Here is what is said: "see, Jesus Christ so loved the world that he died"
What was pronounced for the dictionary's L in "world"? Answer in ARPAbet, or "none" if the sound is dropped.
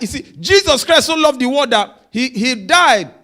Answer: none